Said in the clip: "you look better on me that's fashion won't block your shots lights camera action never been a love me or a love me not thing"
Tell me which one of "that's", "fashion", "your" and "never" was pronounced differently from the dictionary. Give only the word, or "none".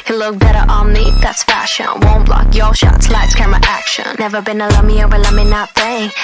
your